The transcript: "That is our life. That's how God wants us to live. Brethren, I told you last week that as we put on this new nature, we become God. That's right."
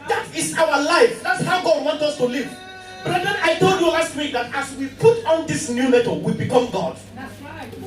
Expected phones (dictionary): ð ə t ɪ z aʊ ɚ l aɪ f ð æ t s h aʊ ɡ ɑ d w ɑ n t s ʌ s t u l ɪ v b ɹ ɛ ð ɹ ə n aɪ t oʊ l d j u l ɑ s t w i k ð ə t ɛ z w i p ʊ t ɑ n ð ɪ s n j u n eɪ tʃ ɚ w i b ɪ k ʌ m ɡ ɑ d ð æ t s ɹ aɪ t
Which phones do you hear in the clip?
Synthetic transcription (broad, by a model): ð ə t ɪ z aʊ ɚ l aɪ f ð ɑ t s h aʊ ɡ ɑ d w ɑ n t ʌ s t u l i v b ɹ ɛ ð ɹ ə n aɪ t oʊ l d j u l ɑ s t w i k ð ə t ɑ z w i p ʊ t ɑ n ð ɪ s n j u l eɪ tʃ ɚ w i b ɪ k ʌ m ɡ ɑ d